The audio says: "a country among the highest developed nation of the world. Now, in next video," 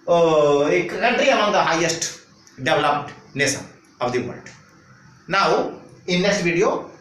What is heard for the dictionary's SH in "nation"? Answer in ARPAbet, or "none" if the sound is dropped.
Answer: S